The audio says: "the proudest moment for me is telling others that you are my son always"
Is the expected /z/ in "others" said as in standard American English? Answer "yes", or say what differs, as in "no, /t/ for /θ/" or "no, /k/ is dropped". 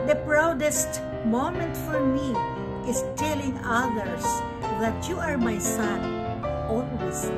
no, /s/ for /z/